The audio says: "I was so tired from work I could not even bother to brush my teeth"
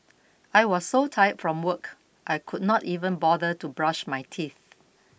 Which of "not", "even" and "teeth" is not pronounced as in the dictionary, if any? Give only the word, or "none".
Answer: none